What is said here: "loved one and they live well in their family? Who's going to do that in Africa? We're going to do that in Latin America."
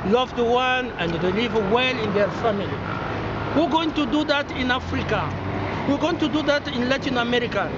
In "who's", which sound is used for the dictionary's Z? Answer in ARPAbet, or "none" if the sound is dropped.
none